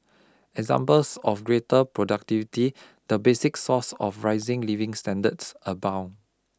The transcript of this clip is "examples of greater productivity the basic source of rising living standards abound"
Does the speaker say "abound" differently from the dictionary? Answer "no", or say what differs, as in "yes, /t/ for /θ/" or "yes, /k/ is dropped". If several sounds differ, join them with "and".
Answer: yes, /d/ is dropped